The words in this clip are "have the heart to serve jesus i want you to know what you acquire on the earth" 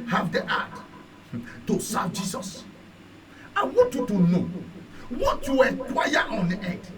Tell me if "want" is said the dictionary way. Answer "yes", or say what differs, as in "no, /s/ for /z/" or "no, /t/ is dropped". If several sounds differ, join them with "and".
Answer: yes